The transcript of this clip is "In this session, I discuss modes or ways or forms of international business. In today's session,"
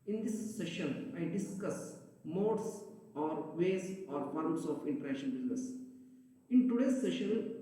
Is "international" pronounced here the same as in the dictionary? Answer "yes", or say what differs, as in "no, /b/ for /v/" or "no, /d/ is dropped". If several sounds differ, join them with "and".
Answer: no, /n/ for /l/